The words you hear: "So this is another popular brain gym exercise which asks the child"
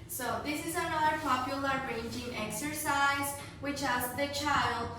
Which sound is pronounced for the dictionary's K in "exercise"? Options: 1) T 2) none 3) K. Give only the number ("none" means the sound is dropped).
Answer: 3